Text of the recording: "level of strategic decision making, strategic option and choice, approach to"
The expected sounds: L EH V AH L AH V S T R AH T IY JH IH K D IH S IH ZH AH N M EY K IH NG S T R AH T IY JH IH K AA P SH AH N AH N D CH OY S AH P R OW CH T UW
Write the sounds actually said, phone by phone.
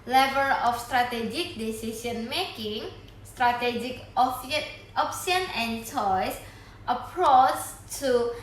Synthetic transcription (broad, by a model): L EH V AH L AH F S T R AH T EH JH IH K D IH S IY S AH N M EY K IH NG S T R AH T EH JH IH K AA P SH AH N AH N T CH OY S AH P R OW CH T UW